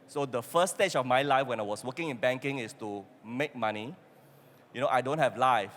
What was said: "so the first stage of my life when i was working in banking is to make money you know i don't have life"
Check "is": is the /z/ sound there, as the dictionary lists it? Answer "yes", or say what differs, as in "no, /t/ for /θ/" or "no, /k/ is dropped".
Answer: no, /s/ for /z/